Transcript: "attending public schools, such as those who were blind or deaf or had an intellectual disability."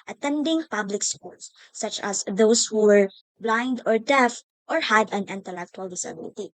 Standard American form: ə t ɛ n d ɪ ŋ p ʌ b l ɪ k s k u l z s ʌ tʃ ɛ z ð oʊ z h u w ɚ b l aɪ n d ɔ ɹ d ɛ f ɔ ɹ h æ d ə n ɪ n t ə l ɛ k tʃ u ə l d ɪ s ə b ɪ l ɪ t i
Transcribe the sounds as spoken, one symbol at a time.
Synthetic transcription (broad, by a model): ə t ɛ n d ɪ ŋ p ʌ b l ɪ k s k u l s ʌ tʃ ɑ s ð oʊ s h u w ɚ b l aɪ n d ɔ ɹ d ɛ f ɔ ɹ h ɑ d ə n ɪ n t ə l ɛ k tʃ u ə l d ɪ s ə b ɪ l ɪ t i